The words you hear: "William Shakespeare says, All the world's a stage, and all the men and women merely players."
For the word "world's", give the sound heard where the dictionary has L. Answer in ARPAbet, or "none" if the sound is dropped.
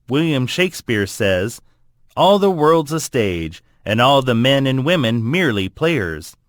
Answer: L